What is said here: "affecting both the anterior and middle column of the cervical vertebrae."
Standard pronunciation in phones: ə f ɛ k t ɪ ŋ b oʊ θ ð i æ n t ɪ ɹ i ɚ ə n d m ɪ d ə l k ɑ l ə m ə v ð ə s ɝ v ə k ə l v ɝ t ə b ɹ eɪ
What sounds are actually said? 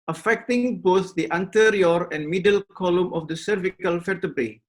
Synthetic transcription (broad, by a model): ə f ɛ k t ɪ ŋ b oʊ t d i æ n t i ɹ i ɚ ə n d m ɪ d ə l k ɑ l ə m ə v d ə s ɝ v ə k ə l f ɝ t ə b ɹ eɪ